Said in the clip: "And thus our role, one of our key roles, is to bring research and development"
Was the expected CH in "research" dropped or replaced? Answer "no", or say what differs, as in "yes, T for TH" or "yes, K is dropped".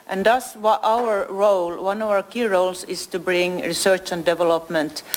no